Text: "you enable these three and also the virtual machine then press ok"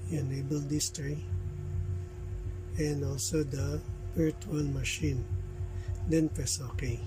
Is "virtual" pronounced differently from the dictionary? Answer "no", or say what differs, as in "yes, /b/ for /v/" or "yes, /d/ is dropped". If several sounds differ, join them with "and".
yes, /p/ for /v/